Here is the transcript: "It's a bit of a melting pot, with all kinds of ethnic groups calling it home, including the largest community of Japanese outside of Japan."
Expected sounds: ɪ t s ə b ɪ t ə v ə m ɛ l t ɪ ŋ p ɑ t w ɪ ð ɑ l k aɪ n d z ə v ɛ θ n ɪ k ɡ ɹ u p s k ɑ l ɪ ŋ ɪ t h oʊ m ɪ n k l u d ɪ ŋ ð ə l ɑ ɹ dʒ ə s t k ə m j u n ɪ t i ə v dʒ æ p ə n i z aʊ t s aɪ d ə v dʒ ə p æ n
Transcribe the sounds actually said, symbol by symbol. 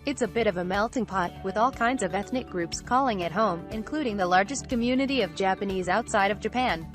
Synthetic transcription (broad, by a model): ɪ t s ə b ɪ t ə v ə m ɛ l t ɪ ŋ p ɑ t w ɪ ð ɑ l k aɪ n d z ə v ɛ θ n ɪ k ɡ ɹ u p s k ɑ l ɪ ŋ ɪ t h oʊ m ɪ n k l u d ɪ ŋ ð ə l ɑ ɹ dʒ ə s k ə m j u n ɪ t i ə v dʒ æ p ə n i z aʊ t s aɪ d ə v dʒ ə p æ n